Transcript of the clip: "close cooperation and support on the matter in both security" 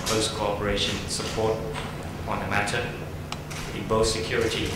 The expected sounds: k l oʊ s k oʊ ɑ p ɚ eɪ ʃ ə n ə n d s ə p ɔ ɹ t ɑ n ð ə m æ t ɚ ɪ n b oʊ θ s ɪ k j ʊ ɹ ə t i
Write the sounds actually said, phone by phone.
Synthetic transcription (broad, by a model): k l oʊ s k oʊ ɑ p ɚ eɪ ə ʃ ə n s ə p ɔ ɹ t ɑ n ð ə m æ t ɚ ɪ n b oʊ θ s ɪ k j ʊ ɹ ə t i